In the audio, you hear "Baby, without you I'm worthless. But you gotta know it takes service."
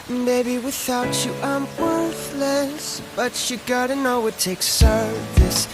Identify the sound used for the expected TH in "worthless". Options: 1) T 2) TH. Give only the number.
2